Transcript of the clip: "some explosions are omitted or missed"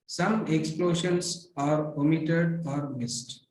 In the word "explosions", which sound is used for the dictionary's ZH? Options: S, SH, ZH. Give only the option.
SH